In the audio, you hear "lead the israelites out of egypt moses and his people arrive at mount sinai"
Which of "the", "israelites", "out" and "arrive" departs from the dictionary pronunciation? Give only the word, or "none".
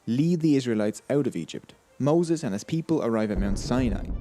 none